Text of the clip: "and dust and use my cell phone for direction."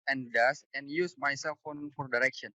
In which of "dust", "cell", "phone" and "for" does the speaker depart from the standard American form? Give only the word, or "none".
dust